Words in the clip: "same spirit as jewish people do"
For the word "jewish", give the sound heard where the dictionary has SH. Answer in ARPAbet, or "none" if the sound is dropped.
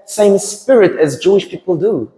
SH